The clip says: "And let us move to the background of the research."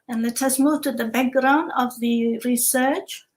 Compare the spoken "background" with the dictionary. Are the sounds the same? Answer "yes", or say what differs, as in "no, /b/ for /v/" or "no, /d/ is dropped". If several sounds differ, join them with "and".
yes